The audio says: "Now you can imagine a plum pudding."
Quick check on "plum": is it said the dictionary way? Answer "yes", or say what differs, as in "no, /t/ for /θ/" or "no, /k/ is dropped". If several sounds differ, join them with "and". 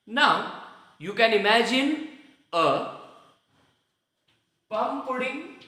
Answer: no, /l/ is dropped